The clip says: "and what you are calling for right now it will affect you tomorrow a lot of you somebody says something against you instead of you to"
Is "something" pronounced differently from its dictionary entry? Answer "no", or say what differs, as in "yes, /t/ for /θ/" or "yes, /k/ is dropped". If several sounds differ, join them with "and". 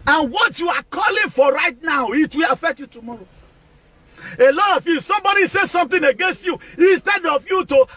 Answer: yes, /t/ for /θ/